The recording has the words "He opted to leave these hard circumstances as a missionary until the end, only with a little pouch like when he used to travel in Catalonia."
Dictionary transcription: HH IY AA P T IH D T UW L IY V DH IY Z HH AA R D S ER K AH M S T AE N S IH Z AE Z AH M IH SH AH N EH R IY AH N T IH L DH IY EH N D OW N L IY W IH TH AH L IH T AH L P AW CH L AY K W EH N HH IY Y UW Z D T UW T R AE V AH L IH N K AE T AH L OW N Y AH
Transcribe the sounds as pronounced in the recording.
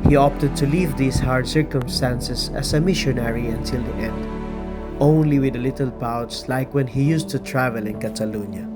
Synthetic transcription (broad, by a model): HH IY AA P T IH D T UW L IY V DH IY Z HH AA R D S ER K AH M S T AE N S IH S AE S AH M IH SH AH N EH R IY AH N T IH L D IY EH N D OW N L IY W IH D AH L IH T AH L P AW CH L AY K W EH N HH IY Y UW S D T UW T R AE V AH L IH N K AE T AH L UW N Y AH